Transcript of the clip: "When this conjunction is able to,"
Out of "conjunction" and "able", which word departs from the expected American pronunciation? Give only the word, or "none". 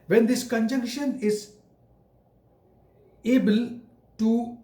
none